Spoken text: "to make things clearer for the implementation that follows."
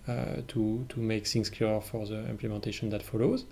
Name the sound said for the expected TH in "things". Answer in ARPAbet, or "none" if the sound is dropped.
S